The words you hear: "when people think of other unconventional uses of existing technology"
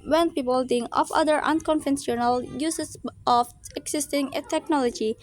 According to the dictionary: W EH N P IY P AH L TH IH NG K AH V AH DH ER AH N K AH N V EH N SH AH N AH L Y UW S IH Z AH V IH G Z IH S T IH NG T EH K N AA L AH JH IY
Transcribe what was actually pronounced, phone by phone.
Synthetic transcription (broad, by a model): W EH N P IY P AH L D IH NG AH F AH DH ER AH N K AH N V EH N S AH N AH L Y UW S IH S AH F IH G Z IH S T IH NG T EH K N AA L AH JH IY